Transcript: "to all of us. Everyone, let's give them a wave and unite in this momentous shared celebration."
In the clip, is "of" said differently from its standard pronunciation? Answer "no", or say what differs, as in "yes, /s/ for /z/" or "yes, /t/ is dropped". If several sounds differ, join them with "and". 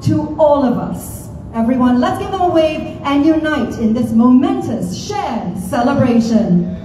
no